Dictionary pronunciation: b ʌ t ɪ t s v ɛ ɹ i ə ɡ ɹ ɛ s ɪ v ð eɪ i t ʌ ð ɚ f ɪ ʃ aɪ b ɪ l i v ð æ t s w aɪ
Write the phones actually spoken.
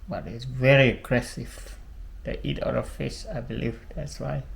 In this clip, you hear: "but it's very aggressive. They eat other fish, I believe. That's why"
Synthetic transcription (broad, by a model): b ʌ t ɪ t s v ɛ ɹ i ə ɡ ɹ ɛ s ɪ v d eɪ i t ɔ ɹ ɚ f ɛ s aɪ b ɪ l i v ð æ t s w aɪ